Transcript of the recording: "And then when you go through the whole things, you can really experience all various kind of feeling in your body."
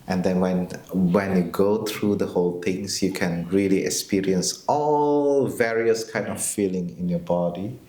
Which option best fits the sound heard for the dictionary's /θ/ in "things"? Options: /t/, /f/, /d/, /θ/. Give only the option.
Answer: /t/